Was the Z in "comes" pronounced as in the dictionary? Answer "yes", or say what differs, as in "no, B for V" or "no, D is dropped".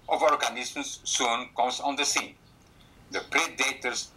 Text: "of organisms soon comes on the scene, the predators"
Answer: no, S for Z